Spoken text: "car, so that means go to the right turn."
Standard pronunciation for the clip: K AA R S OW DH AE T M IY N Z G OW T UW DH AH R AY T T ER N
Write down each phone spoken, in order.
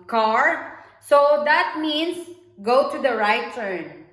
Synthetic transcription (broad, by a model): K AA R S OW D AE T M IY N S G OW T UW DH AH R AY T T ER N